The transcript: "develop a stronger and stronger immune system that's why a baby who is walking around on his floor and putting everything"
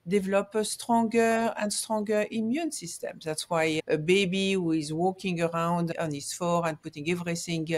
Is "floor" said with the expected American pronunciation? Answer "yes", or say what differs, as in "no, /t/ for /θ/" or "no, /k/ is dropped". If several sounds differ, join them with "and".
no, /l/ is dropped